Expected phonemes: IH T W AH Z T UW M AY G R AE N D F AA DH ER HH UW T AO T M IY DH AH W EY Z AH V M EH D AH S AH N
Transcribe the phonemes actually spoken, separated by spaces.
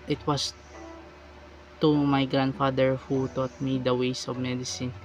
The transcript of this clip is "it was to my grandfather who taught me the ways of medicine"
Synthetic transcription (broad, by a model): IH T W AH S T UW M AY G R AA N D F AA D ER HH UW T AO T M IY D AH W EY S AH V M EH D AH S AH N